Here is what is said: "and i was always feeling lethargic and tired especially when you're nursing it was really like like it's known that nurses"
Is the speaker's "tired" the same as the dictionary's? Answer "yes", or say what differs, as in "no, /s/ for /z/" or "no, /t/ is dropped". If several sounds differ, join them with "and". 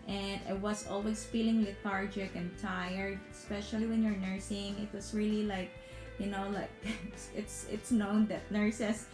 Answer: no, /d/ is dropped